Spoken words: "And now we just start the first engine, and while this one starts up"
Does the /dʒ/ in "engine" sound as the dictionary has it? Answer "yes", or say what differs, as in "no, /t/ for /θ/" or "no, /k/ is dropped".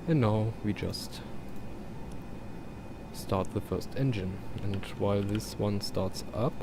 yes